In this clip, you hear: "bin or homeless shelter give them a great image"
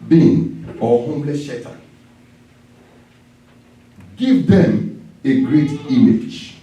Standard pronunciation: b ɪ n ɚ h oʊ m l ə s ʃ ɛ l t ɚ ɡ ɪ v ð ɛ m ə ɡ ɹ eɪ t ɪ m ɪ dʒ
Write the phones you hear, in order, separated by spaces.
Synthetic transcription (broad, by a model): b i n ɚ h oʊ m l ə s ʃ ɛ t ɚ ɡ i v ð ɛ m ə ɡ ɹ eɪ t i m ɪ dʒ